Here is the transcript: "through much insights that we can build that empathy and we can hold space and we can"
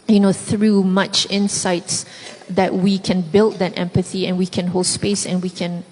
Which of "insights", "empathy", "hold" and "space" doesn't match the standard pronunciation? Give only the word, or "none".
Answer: none